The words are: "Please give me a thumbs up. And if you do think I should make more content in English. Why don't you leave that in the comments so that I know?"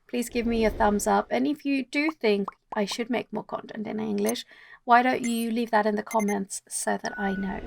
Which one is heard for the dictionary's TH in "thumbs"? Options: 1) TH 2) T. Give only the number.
1